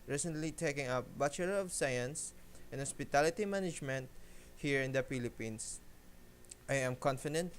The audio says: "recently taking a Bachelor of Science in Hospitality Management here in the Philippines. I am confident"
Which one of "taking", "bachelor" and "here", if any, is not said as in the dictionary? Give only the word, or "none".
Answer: bachelor